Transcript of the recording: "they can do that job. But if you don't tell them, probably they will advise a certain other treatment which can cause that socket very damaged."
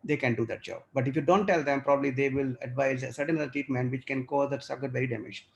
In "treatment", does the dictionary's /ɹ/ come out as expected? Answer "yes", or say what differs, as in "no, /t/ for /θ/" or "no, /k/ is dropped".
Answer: no, /ɹ/ is dropped